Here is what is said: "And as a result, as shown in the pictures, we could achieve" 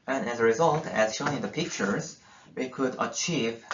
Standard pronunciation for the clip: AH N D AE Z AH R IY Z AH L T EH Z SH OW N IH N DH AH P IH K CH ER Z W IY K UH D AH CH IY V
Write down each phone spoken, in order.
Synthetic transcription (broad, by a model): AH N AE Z AH R IY Z AH L T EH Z SH OW N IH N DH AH P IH K CH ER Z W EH K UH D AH CH IY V